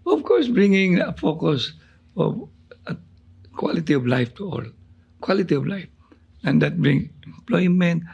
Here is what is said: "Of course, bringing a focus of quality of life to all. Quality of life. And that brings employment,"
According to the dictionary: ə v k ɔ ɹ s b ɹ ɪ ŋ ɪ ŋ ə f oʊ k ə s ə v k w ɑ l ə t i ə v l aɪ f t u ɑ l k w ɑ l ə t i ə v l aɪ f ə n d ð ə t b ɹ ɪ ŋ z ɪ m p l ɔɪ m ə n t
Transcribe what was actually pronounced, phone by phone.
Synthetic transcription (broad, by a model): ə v k ɔ ɹ s b ɹ ɪ ŋ ɪ ŋ ə f oʊ k ə s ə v k w ɑ l ə t i ə v l aɪ f t u ɑ l k w ɑ l ə t i ə v l aɪ f ə n d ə t b ɹ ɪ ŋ ɪ m p l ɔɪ m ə n t